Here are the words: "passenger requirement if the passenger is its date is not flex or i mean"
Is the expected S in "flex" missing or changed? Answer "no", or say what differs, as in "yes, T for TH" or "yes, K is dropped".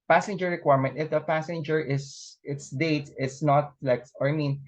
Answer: yes, S is dropped